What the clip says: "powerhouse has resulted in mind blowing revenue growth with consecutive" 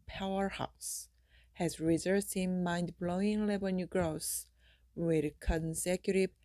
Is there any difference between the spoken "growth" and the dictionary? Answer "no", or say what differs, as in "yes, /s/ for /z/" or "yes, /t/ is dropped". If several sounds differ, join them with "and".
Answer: yes, /s/ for /θ/